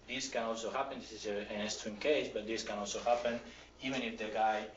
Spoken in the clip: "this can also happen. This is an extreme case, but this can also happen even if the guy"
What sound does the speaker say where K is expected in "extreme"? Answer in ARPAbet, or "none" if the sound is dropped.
none